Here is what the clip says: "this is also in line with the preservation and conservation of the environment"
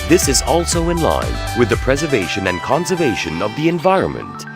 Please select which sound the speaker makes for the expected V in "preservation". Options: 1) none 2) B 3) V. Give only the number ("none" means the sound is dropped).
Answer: 3